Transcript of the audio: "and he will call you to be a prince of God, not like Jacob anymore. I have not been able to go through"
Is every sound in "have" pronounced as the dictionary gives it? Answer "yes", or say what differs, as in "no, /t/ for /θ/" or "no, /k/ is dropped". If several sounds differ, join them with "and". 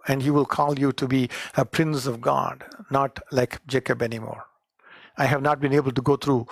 yes